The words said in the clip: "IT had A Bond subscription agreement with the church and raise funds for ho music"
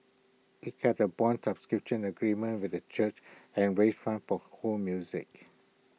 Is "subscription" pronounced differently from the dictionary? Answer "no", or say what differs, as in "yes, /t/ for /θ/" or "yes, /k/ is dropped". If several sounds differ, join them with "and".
no